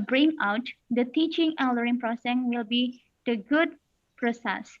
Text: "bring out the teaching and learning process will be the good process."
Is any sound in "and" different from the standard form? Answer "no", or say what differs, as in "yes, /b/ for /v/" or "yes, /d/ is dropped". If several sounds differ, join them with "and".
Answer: yes, /l/ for /n/